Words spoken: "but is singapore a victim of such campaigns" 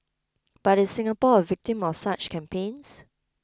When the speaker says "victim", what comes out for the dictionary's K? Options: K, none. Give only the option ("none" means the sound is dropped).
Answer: K